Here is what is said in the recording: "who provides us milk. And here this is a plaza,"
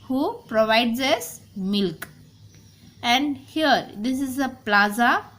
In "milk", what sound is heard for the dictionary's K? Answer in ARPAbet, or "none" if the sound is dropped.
K